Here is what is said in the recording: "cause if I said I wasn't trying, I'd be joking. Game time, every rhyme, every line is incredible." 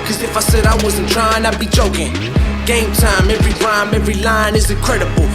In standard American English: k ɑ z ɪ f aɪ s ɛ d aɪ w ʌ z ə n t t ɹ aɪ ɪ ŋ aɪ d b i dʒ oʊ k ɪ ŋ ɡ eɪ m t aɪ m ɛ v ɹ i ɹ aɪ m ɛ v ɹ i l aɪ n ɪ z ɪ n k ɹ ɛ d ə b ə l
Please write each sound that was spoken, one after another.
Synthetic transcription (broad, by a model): k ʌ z ɪ f aɪ s ɛ d aɪ w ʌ z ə n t t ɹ aɪ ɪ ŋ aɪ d b i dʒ oʊ k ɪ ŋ ɡ eɪ m t aɪ m ɛ v ɹ i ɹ aɪ m ɛ v ɹ i l aɪ n ɪ z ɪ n k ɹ ɛ d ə b l